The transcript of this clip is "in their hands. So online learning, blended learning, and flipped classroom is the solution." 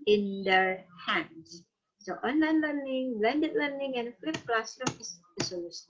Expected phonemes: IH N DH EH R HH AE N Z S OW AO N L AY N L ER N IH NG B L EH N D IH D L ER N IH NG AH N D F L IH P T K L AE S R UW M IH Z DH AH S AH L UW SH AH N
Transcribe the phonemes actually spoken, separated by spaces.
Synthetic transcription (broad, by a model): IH N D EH R HH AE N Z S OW AO N L AY N L ER N IH NG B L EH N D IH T L ER N IH NG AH N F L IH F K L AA S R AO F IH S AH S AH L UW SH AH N